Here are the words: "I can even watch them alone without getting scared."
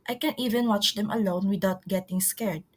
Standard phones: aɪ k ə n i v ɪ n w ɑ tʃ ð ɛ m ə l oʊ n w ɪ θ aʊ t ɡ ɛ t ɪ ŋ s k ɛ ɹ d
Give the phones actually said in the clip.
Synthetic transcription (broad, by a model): aɪ k ə n i v ɪ n w ɑ tʃ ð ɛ m ə l oʊ n w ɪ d aʊ t ɡ ɛ t ɪ ŋ s k ɛ ɹ d